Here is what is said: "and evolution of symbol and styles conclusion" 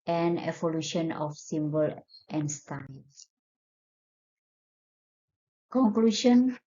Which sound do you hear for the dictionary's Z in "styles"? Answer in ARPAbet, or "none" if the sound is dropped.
none